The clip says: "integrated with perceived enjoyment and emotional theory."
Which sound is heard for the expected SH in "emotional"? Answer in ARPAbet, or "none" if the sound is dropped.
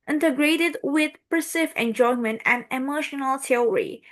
SH